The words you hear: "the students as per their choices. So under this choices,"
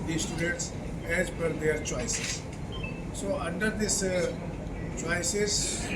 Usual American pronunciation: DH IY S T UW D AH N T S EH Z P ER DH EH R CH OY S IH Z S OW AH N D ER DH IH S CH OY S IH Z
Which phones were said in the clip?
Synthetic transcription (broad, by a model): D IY S T UW D AH N T S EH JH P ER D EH R CH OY S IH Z S OW AH N D ER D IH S CH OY S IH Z